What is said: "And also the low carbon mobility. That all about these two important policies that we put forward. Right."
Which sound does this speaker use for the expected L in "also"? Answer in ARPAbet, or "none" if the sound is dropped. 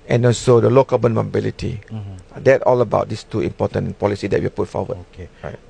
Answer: N